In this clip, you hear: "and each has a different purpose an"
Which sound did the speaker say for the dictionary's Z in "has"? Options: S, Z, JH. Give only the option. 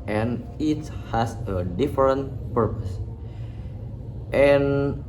S